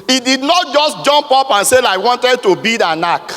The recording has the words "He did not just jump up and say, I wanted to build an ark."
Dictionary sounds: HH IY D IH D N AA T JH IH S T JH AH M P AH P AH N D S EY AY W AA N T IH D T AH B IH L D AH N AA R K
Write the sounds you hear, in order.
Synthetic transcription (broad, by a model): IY D IH D N AA T JH IH S T JH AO M P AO P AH N S EY AY W AA N T IH D T AH B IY D AH N AA K